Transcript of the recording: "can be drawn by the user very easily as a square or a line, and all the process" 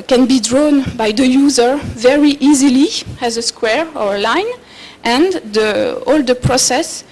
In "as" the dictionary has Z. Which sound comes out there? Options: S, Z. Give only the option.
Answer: Z